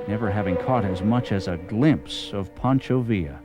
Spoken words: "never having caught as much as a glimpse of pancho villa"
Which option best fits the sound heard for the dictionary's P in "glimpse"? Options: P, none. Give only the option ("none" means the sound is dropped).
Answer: P